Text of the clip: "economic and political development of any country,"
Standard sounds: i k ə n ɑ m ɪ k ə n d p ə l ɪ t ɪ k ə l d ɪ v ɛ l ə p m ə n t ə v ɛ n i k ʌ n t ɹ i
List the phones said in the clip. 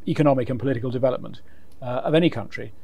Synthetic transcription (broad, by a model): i k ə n ɑ m ɪ k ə n p ə l ɪ t ɪ k ə l d ɪ v ɛ l ə p m ə n t ə v ɛ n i k ʌ n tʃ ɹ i